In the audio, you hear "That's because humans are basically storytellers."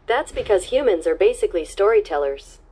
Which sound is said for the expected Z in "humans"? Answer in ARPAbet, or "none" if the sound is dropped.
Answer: Z